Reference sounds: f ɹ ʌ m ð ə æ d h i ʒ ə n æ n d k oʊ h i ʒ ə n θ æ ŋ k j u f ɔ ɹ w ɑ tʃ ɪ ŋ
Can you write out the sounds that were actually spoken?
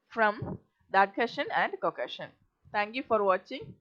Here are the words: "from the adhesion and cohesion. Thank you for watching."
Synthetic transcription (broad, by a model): f ɹ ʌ m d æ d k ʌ ʃ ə n æ n d k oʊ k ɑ ʃ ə n t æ ŋ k j u f ɔ ɹ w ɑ tʃ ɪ ŋ